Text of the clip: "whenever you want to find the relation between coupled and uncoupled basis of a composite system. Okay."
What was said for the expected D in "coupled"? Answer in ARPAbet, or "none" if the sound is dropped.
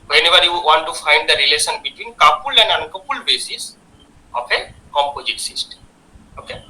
none